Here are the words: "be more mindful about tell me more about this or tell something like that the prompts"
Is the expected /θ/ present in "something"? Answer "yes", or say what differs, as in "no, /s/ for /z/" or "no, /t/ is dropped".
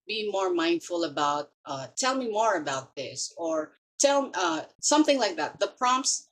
yes